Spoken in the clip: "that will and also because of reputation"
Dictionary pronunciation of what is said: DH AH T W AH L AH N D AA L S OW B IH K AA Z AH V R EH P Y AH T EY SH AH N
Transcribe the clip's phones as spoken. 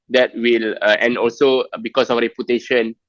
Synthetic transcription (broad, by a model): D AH T W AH L AH N D AA L S OW B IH K AA S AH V R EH P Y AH T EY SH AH N